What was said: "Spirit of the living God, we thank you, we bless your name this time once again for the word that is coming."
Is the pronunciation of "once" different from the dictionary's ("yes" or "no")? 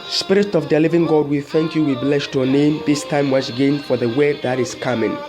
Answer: yes